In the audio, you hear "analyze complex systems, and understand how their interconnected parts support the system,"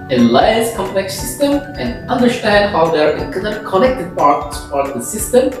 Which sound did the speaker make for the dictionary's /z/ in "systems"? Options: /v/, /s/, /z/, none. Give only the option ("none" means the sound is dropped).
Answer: none